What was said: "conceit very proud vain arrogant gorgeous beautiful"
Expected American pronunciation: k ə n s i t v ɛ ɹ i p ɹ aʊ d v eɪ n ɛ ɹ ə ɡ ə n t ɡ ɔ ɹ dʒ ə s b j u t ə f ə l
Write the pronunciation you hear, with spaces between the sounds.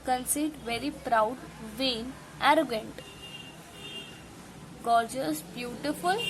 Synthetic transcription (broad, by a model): k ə n s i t v ɛ ɹ i p ɹ aʊ d v eɪ n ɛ ɹ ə ɡ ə n t ɡ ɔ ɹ dʒ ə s b j u t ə f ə l